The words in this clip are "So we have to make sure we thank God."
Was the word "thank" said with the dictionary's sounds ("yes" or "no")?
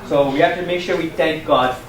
yes